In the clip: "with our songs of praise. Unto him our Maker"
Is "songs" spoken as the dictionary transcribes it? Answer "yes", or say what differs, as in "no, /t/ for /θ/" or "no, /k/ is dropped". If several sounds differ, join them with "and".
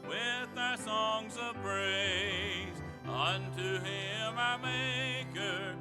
yes